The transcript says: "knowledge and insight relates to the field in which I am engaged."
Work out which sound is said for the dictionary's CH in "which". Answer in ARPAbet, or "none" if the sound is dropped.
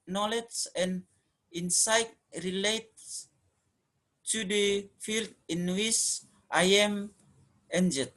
S